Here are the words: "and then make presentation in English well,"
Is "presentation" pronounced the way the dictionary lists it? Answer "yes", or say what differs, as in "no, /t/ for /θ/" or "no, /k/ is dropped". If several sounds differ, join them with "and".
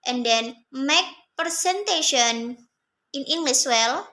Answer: no, /ɹ/ is dropped